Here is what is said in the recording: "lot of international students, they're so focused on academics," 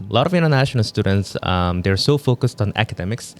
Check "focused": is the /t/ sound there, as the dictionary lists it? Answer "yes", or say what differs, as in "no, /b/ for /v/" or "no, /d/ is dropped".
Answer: yes